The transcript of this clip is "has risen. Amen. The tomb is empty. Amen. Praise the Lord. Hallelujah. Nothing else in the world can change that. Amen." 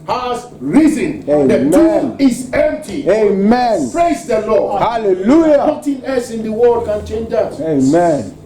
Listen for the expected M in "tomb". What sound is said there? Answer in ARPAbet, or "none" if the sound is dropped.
none